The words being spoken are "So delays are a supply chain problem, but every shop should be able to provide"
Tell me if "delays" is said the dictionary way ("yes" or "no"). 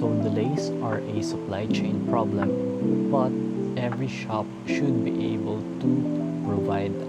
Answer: no